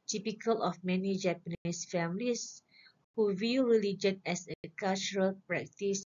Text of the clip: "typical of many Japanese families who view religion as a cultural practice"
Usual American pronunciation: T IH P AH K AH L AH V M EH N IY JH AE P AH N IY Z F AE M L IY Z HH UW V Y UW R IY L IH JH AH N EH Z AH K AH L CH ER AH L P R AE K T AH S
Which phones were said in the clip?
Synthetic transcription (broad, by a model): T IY P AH K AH L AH F M EH N IY JH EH P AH N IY S F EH M L IY S HH UW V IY R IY L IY JH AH N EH S AH K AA L CH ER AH L P R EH K T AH S